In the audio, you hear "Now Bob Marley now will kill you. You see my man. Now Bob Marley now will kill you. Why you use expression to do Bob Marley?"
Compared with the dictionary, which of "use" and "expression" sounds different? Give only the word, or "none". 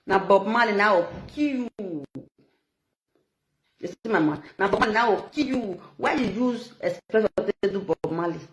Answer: expression